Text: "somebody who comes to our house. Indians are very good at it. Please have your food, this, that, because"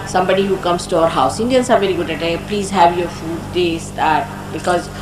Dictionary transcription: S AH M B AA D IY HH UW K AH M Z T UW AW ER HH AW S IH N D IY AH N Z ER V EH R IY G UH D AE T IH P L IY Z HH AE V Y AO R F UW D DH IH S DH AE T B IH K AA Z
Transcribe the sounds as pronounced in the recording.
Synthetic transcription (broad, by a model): S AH M B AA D IY HH UW K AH M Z T UW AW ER HH AW S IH N D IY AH N S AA V EH R IY G UH D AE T IH P L IY Z HH AE V Y AO R F UW D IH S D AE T B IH K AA Z